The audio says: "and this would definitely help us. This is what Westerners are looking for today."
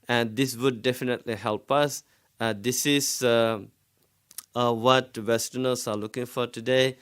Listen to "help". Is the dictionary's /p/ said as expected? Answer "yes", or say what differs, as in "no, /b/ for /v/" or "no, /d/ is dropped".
yes